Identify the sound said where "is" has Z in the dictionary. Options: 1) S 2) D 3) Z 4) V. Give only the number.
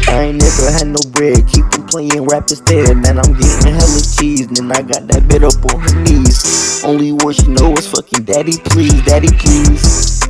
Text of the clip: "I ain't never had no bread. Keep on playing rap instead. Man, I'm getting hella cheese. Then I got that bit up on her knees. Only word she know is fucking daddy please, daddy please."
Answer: 1